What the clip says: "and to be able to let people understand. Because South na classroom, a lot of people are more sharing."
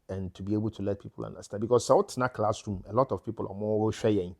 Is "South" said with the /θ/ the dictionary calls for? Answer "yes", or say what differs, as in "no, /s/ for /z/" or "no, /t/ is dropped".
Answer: no, /t/ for /θ/